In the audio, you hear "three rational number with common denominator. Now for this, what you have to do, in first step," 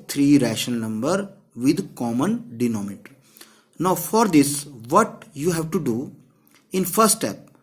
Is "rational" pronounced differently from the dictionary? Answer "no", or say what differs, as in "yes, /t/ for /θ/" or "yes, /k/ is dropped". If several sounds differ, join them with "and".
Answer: yes, /n/ is dropped and /n/ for /l/